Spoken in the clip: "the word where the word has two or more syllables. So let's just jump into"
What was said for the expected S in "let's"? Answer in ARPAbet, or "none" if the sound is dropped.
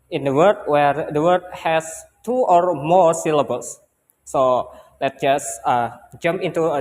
none